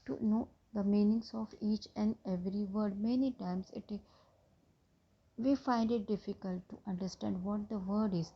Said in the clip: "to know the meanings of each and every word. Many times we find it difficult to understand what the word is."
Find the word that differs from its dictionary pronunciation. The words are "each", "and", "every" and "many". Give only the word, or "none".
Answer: none